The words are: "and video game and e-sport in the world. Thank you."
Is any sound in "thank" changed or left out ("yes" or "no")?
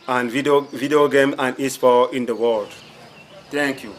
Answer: yes